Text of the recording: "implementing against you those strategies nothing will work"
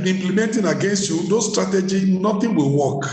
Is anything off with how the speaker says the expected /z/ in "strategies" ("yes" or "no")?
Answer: yes